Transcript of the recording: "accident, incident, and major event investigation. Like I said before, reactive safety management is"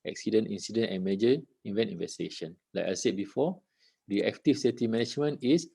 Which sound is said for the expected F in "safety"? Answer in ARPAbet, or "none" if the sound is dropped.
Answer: none